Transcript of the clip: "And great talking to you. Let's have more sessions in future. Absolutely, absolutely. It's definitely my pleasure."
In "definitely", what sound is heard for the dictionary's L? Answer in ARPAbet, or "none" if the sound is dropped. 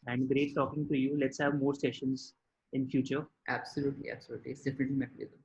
L